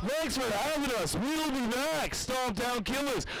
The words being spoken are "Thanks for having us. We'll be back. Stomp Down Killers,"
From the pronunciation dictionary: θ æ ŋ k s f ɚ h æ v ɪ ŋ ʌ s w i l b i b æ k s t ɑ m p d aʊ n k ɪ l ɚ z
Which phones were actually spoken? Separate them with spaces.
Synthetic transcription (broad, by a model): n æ k s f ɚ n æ w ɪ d ʌ s w i l b i b æ k s t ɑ p d aʊ n k ɪ l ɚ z